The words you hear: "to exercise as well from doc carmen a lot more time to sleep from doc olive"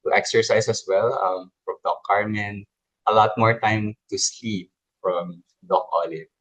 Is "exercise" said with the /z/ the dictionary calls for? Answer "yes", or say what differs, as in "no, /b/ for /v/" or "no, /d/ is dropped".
no, /s/ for /z/